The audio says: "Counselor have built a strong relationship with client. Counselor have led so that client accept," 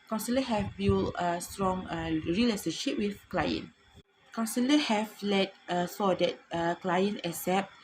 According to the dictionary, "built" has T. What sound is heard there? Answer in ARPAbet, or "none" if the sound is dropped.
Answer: none